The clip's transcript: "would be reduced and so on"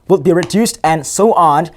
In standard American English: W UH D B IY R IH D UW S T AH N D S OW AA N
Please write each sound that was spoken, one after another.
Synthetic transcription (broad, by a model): W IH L B IY R IH D UW S T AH N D S OW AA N